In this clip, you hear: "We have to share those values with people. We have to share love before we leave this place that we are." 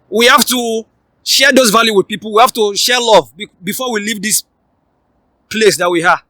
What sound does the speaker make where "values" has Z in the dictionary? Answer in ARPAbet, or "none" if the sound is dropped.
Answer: none